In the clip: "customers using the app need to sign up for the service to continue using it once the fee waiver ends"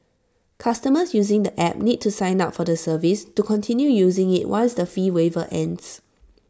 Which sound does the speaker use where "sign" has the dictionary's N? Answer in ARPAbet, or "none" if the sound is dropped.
N